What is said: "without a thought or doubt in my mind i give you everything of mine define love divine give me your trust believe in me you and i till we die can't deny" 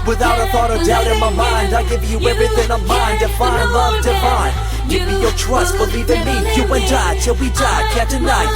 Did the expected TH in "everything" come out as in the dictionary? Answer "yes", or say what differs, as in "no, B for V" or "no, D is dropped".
yes